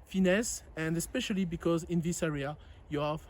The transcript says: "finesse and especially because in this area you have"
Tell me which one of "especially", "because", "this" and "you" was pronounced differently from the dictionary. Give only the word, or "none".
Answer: none